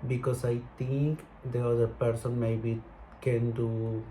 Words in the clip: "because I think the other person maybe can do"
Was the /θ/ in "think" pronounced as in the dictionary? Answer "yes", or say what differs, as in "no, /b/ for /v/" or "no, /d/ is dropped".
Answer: no, /t/ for /θ/